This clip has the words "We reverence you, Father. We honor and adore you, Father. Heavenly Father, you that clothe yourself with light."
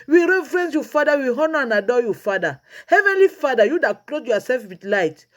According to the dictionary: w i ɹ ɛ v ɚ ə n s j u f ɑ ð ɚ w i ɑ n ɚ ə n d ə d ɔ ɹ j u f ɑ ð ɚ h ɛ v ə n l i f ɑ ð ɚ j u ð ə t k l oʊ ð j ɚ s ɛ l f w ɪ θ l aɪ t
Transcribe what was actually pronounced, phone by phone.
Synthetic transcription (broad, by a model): w i ɹ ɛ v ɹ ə n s j u f ɑ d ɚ w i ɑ n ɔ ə n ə d ɔ j u f ɑ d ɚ h ɛ v ə n l i f ɑ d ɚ j u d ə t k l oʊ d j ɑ s ɛ l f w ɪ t l aɪ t